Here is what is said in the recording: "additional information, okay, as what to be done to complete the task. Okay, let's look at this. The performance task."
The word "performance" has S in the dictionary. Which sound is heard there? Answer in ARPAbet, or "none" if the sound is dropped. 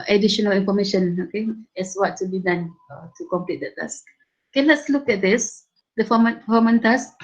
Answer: none